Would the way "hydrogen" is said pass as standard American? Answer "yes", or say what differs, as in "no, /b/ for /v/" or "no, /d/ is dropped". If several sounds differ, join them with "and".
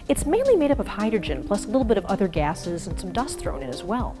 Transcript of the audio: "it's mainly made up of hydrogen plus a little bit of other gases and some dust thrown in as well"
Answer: yes